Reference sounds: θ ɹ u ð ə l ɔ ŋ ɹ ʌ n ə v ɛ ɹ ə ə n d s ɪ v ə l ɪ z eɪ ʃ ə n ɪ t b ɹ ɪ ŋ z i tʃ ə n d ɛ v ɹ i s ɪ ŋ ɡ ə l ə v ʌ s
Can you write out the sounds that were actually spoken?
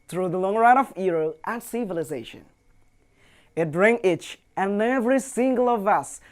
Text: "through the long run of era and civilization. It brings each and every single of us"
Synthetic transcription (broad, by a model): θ ɹ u ð ə l ɔ ŋ ɹ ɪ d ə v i ɹ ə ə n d s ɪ v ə l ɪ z eɪ ʃ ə n ɪ t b ɹ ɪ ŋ i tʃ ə n ɛ v ɹ i s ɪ ŋ ɡ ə l ə v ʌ s